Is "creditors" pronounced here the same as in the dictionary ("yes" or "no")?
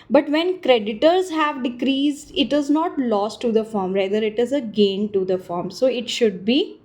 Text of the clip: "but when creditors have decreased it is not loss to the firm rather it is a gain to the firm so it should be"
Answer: yes